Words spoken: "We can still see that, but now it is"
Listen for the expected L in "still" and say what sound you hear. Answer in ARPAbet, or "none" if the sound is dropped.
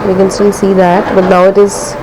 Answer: N